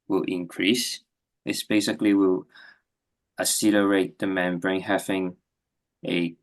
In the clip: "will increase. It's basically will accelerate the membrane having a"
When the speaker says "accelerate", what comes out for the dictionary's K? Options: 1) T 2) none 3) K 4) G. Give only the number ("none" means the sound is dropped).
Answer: 2